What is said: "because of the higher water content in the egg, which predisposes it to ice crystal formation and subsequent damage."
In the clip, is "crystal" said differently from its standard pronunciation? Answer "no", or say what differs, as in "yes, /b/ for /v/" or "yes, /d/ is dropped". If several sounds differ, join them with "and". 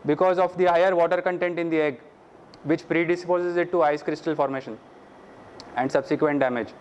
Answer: no